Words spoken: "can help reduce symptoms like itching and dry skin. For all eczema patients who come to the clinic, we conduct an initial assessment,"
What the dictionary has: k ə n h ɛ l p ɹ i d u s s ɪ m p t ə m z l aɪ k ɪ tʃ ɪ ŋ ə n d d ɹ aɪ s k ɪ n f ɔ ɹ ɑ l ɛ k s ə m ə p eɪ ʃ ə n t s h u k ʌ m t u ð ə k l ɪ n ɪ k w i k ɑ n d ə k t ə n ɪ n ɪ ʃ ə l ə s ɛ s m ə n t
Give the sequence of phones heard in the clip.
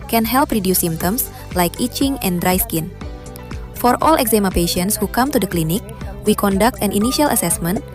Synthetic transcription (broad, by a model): k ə n h ɛ l p ɹ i d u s s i m t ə m s l aɪ k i tʃ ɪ ŋ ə n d d ɹ aɪ s k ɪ n f ɔ ɹ ɑ l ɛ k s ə m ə p eɪ ʃ ə n t s h u k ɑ m t u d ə k l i n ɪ k w i k ɑ n d ə k t ə n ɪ n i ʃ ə l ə s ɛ s m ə n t